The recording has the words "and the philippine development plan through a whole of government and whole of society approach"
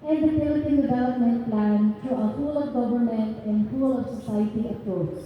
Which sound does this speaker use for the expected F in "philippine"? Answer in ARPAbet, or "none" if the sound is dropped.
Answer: P